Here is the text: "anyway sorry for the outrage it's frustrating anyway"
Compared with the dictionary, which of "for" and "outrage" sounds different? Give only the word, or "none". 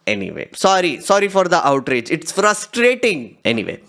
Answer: none